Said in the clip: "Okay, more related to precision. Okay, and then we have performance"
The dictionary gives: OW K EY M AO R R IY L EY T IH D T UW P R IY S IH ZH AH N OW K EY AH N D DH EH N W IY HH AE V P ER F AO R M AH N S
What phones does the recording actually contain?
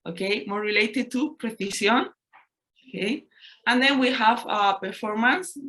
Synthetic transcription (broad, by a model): OW K EY M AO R R IY L EY T IH D T UW P R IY TH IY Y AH N OW K EY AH N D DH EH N W IY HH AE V P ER F AO R M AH N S